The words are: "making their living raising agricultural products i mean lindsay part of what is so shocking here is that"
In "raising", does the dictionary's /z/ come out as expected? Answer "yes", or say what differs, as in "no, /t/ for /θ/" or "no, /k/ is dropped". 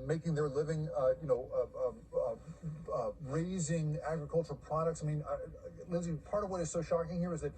yes